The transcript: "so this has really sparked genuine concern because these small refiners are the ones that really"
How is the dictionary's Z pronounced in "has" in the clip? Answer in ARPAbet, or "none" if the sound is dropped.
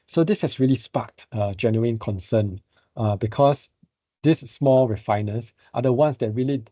S